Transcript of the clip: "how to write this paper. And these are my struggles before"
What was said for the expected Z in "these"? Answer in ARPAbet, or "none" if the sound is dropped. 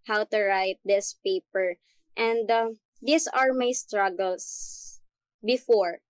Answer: S